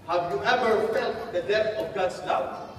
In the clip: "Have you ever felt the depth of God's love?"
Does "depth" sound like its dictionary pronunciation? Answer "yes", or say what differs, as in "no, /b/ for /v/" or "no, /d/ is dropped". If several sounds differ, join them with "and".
no, /p/ is dropped